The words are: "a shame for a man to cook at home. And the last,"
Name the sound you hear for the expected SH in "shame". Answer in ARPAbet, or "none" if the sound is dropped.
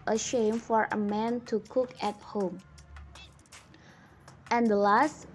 SH